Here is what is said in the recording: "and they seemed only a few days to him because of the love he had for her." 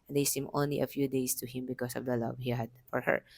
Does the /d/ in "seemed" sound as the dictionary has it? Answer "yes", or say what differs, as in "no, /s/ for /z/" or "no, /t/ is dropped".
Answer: no, /d/ is dropped